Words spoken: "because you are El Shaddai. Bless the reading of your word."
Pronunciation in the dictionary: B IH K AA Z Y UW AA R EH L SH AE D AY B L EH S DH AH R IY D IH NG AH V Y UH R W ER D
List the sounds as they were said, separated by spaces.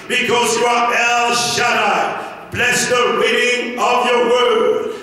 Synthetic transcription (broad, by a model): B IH K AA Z Y UW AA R EH L SH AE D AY B L EH S DH AH W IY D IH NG AH V Y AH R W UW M